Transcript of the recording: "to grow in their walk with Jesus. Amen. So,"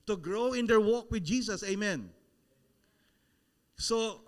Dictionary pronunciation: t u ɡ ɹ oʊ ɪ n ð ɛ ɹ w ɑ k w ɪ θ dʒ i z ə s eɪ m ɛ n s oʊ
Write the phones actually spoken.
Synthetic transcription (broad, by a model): t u ɡ ɹ oʊ ɪ n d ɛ ɹ w ɑ k w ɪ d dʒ i s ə s eɪ m ɛ n s oʊ